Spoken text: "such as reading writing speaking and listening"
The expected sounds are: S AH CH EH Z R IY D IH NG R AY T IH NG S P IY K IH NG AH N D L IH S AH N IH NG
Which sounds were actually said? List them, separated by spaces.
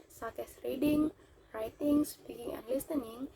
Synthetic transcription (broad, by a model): S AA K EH S R IY D IH NG R AY T IH NG S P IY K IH NG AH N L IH S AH N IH NG